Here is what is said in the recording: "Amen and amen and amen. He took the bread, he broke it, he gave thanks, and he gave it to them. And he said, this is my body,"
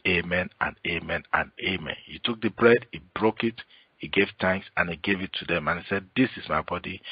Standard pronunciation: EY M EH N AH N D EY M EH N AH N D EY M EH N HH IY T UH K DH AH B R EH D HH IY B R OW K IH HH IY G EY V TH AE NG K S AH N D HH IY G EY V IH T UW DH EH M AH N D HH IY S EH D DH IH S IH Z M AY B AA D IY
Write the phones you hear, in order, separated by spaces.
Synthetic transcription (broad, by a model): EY M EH N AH N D EY M EH N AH N EY M EH N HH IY T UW K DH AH B R EH D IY B R OW K IH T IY G EY V T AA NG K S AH N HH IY G EY V IH T UW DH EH M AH N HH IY S EH D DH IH S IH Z M AY B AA D IY